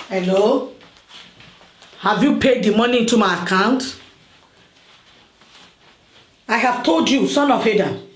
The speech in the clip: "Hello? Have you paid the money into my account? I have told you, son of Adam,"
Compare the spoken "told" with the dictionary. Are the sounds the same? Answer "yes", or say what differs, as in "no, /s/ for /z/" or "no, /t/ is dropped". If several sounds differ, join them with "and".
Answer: yes